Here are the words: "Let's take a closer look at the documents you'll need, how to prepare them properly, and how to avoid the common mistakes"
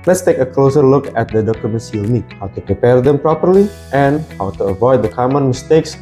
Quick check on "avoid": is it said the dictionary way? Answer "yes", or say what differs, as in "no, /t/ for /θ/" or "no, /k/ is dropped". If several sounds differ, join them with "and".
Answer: yes